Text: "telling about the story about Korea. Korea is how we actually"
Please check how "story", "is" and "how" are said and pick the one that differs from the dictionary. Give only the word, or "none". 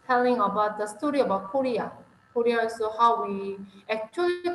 is